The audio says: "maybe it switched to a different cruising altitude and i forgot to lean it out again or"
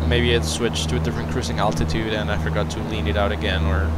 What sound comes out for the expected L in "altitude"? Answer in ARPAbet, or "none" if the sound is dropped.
L